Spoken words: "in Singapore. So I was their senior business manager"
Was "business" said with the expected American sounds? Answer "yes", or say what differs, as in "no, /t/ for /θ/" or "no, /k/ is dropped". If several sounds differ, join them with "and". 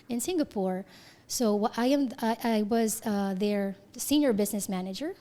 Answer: yes